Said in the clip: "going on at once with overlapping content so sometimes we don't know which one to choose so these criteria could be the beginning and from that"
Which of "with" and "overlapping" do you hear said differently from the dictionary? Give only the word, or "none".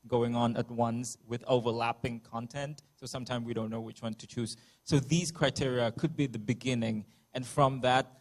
none